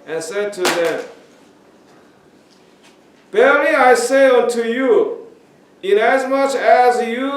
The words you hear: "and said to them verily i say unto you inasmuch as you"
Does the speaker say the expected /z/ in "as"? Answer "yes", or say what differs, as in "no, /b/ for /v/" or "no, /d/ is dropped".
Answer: yes